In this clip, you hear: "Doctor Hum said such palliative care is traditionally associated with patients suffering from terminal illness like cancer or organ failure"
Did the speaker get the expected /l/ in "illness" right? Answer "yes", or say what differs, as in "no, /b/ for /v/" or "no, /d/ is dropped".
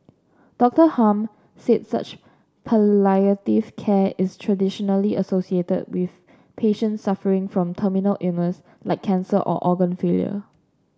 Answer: no, /l/ is dropped